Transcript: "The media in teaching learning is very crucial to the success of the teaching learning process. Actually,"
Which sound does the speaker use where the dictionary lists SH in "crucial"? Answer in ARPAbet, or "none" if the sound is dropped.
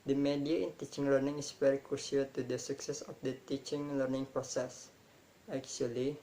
S